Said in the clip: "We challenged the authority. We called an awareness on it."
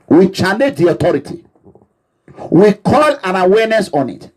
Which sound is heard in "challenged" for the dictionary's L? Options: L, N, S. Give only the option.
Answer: N